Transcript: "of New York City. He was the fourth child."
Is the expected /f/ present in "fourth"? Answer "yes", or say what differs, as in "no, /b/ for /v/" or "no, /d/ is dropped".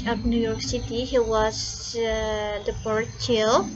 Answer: no, /p/ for /f/